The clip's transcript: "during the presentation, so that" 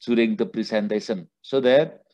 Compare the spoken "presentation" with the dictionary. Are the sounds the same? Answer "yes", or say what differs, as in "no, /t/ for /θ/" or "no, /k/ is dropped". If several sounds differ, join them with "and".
no, /s/ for /ʃ/